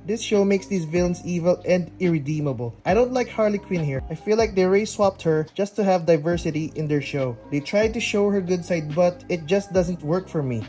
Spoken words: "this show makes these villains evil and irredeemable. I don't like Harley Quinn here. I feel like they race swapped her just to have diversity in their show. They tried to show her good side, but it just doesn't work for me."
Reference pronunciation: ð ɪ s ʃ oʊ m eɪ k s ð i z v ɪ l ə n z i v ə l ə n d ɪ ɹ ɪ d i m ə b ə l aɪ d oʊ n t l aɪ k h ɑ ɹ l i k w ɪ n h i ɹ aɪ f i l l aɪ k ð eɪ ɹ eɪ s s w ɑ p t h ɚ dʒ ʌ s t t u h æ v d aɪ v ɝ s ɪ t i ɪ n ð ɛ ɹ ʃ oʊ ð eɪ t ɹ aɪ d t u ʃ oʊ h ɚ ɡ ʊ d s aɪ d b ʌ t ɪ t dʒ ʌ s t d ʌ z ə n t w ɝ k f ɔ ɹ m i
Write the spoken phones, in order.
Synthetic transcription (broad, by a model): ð ɪ s ʃ oʊ m eɪ k s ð i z v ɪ l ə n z i v ə l ə n d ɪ ɹ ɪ d i m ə b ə l aɪ d oʊ n t l aɪ k h ɑ ɹ l i k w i n h i ɹ aɪ f i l l aɪ k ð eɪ ɹ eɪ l s w ɑ p t h ɚ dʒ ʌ s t t u h æ v d aɪ v ɝ s ɪ t i ɪ n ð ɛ ɹ ʃ oʊ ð eɪ t ɹ aɪ d t u ʃ oʊ h ɚ ɡ ʊ d s aɪ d b ʌ t ɪ t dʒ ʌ s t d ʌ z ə n t w ɝ k f ɔ ɹ m i